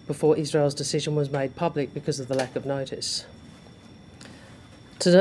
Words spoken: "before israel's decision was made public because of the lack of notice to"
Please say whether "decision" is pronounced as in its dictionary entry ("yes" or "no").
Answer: yes